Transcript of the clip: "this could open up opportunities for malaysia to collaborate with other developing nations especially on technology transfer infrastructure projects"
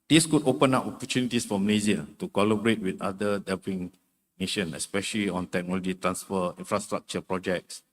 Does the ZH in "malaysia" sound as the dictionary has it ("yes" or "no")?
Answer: no